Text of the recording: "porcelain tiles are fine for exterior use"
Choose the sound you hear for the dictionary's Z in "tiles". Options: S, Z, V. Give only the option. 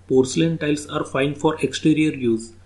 S